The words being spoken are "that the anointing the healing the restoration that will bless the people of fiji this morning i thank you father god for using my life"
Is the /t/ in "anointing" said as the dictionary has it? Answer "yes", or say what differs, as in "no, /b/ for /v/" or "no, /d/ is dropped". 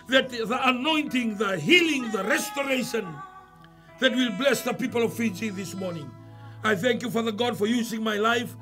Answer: yes